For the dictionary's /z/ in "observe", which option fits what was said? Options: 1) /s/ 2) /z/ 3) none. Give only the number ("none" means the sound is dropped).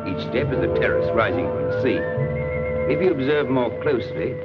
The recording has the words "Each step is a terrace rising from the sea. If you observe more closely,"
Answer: 2